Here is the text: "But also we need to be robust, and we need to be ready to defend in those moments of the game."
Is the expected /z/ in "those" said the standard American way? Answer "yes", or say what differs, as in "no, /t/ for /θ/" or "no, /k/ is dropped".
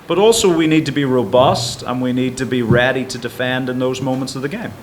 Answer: yes